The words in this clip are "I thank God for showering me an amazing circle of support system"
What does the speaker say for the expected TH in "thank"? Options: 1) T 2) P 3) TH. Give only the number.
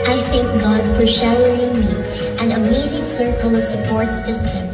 3